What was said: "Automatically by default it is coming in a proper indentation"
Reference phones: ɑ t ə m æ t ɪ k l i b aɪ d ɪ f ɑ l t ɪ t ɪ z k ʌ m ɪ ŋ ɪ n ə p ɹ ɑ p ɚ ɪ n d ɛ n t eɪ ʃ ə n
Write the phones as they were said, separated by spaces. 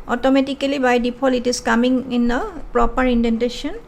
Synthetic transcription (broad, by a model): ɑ t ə m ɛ t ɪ k l i b aɪ d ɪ p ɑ l ɪ t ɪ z k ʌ m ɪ ŋ ɪ n ə p ɹ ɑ p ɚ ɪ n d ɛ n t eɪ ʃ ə n